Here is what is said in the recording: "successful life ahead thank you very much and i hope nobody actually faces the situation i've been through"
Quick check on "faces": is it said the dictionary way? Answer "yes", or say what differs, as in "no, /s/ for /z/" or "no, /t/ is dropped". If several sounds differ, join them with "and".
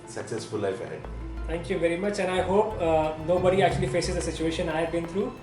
yes